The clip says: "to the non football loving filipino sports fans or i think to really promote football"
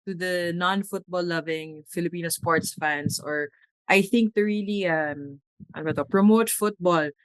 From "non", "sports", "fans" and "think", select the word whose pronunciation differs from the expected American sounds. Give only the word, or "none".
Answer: fans